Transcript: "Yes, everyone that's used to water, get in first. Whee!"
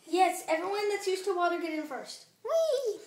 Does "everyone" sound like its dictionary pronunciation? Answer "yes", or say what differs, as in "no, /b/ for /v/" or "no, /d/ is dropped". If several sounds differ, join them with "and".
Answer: yes